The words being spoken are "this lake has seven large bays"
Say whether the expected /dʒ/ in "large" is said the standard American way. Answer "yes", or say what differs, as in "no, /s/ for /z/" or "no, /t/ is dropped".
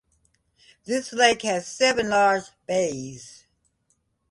no, /z/ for /dʒ/